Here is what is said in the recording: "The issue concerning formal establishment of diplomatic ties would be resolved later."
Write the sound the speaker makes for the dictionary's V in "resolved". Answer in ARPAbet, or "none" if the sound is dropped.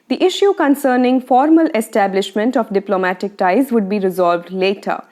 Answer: V